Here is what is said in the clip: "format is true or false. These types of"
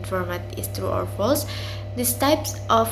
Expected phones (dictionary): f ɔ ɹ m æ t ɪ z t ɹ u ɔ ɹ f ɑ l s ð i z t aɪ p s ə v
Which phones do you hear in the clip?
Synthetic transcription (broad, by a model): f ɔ ɹ m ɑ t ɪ s t ɹ u ɔ ɹ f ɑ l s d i s t aɪ p s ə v